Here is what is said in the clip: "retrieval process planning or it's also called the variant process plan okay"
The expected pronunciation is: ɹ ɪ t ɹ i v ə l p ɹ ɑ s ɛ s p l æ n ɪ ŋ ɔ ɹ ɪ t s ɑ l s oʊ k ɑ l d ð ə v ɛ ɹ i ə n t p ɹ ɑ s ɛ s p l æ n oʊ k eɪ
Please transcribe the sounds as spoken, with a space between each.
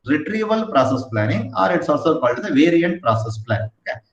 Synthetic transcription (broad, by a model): ɹ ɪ t ɹ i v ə l p ɹ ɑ s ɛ s p l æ n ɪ ŋ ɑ ɹ ɪ t s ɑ s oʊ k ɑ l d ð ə v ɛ ɹ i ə n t p ɹ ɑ s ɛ s p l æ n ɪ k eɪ